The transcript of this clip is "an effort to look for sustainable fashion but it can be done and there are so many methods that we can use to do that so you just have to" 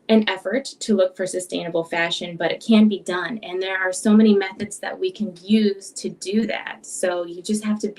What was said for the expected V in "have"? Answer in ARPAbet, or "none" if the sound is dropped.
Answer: F